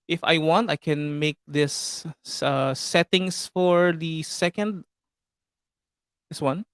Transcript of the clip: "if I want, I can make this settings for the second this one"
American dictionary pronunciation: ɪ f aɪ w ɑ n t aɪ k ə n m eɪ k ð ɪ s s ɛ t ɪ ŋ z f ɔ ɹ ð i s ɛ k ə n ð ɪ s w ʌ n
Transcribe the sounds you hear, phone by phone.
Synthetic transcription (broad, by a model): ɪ f aɪ w ɑ n t aɪ k ə n m eɪ k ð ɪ s s ɛ t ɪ ŋ s f ɔ ɹ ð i s ɛ k ə n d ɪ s w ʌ n